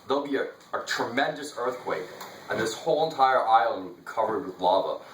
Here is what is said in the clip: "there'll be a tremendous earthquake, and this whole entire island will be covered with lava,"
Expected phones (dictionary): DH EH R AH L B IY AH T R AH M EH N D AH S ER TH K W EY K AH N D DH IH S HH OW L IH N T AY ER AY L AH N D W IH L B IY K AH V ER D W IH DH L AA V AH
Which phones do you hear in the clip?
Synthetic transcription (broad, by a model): DH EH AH L B IY AH T R AH M EH N D AH S ER TH K W EY K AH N DH IH S HH OW L IH N T AY ER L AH IH L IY K AH V ER D W IH DH L AA V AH